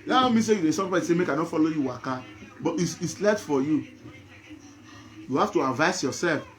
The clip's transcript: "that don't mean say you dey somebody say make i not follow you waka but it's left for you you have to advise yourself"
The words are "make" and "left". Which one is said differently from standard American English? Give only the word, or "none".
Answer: left